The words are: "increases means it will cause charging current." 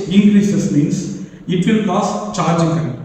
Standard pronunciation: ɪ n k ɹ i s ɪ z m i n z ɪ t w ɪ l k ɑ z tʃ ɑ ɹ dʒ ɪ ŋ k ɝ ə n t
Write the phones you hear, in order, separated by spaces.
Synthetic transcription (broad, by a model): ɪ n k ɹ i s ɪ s m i n s ɪ t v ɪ l k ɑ s tʃ ɑ ɹ dʒ ɪ ŋ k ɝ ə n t